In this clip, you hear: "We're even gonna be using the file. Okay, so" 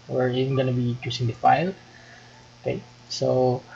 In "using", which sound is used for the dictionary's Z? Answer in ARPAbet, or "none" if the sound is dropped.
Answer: S